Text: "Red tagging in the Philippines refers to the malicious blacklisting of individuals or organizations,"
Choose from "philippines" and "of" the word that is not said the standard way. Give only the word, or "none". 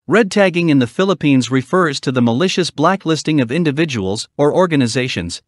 none